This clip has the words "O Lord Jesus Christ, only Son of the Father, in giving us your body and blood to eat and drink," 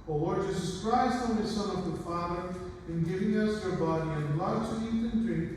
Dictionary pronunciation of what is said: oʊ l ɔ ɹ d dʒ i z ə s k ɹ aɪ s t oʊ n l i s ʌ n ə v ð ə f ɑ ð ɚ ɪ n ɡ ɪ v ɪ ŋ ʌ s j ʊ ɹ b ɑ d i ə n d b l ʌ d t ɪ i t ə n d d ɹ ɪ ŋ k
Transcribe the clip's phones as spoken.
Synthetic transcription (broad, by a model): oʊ w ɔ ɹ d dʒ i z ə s k ɹ aɪ s t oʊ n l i s ʌ n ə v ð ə f ɑ ð ɚ ɪ n ɡ ɪ v ɪ ŋ ʌ s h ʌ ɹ b ɑ d i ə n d l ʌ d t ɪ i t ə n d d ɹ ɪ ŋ